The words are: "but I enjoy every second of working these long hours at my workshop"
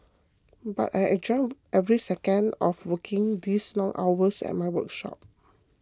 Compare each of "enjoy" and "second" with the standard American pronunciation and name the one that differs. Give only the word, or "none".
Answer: enjoy